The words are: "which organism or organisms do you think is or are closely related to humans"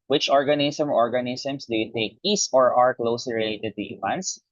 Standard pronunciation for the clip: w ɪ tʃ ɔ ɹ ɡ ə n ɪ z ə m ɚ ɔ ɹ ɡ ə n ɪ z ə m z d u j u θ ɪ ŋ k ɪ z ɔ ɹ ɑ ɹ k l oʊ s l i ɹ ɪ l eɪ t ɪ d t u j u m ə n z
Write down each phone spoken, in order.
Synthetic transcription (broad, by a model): w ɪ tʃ ɔ ɹ ɡ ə n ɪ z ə m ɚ ɔ ɹ ɡ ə n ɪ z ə m s d u j u t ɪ k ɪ s ɔ ɹ ɑ ɹ k l oʊ s l i ɹ ɪ l eɪ t ɪ d t u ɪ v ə n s